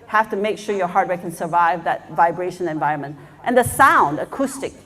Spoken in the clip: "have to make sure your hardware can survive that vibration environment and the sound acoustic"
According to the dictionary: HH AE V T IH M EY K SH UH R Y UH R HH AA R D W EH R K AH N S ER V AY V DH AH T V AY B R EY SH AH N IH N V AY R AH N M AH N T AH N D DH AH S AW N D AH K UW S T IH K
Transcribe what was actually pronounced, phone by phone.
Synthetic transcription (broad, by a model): HH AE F T IH M EY K SH UH R Y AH R HH AA R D W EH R K AH N S ER V AY V DH AH T V AY B R EY SH AH N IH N V AY R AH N M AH N T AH N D DH AH S AW N D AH K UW S T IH K